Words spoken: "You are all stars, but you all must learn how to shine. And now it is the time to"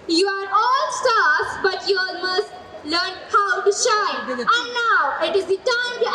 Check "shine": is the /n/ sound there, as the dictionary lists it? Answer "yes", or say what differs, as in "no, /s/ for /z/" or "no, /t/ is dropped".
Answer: no, /n/ is dropped